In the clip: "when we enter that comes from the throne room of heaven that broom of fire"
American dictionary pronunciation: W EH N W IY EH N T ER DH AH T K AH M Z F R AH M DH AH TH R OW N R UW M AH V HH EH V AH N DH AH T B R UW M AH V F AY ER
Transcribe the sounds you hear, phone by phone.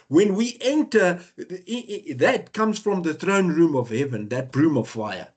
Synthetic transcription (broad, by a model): W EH N W IY EH N T ER DH AH T K AH M Z F R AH M DH AH TH R OW N R UW M AH V HH EH V AH N DH AH T B R UW M AH V F AY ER